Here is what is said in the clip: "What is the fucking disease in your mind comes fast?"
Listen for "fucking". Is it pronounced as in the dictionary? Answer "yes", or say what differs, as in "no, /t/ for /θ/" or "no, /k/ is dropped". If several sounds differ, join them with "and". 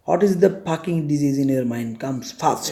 no, /p/ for /f/